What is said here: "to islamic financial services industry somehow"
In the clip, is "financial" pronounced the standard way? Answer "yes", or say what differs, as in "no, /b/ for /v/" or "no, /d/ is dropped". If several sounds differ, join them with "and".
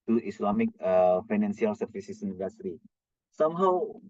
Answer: no, /s/ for /ʃ/